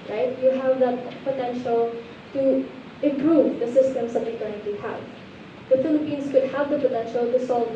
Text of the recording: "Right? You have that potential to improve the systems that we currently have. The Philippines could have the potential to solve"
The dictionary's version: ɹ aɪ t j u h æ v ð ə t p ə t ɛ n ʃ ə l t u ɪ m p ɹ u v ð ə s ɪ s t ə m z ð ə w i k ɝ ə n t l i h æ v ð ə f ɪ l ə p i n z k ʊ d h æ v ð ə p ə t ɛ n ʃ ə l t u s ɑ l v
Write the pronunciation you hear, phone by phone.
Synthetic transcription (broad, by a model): ɹ aɪ t j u h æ v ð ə t p ə t ɛ n ʃ ə l t u ɪ m p ɹ u v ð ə s ɪ s t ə m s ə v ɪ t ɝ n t i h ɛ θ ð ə f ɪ l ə p i n s k ʊ d h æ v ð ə p ə t ɛ n ʃ ə l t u s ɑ l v